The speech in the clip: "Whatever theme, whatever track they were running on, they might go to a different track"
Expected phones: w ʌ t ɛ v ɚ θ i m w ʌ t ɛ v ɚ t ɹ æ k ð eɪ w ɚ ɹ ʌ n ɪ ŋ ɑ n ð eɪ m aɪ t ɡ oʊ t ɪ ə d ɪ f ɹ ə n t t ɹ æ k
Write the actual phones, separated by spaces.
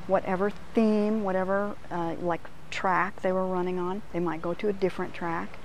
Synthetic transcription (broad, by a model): w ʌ t ɛ v ɚ θ i m w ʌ t ɛ v ɚ t ɹ æ k ð eɪ w ɚ ɹ ʌ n ɪ ŋ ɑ n ð eɪ m aɪ t ɡ oʊ t ɪ ə d ɪ f ɹ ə n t t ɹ æ k